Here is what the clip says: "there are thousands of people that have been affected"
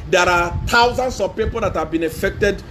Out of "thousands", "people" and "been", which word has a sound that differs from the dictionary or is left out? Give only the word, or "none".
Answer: thousands